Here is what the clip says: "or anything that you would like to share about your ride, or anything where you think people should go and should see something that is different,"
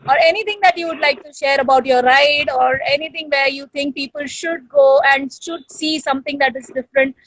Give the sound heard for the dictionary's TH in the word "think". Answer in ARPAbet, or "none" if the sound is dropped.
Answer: T